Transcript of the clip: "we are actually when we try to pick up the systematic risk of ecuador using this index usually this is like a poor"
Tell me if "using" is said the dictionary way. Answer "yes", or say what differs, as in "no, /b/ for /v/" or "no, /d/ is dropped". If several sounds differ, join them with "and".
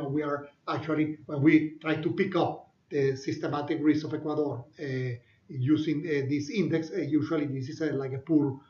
no, /s/ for /z/